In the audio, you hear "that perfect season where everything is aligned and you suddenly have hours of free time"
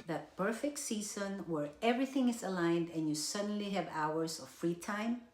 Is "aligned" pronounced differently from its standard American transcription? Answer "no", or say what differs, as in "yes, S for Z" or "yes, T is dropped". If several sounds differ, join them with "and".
no